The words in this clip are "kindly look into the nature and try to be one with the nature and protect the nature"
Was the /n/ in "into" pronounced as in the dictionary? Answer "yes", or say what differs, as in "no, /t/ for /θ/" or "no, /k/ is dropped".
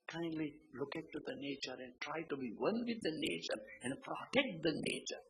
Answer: no, /n/ is dropped